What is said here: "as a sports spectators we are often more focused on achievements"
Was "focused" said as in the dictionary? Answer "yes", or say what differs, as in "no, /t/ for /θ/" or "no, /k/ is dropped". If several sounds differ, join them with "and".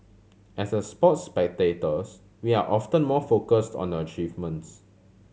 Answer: yes